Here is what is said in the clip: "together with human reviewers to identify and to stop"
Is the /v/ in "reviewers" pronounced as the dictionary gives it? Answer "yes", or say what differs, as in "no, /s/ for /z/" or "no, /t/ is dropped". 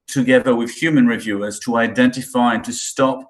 yes